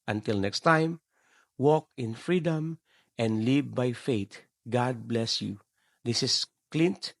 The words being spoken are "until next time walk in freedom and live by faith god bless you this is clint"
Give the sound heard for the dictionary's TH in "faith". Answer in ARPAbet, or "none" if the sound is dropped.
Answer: T